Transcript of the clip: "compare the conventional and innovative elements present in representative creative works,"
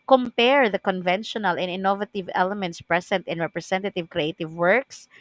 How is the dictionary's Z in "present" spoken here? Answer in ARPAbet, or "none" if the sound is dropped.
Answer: S